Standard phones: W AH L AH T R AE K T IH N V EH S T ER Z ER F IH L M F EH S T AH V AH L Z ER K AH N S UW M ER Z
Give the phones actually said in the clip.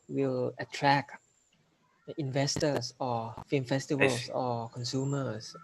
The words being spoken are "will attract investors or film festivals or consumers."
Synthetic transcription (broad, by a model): W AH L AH T R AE K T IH N V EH S T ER S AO F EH M F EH S T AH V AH L S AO K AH N S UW M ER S